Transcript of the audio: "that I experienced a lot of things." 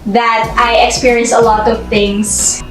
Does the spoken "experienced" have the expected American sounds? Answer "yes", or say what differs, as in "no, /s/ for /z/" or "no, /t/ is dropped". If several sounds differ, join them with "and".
no, /t/ is dropped